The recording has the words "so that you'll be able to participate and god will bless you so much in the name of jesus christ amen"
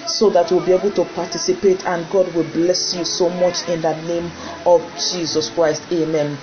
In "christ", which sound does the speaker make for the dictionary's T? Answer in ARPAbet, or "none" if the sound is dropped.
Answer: T